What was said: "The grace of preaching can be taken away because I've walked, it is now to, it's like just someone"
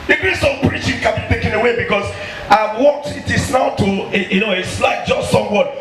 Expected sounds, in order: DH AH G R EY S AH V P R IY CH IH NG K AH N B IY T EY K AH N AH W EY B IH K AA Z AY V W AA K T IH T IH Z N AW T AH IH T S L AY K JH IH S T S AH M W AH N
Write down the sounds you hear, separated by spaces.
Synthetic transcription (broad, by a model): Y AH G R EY S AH P R IY CH IH NG K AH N B IY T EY K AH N AH W EY B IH K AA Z AY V W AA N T IH T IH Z N AW T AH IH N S L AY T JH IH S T S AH M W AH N